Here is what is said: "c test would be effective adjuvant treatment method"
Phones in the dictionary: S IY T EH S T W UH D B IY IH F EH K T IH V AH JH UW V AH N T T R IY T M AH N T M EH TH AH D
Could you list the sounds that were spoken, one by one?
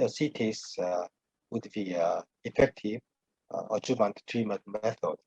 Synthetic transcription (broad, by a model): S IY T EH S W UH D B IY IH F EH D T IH AH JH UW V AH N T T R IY M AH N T M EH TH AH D